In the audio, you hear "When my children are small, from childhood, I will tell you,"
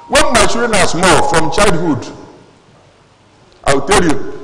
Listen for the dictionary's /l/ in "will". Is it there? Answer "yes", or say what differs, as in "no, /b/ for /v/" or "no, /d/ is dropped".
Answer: no, /w/ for /l/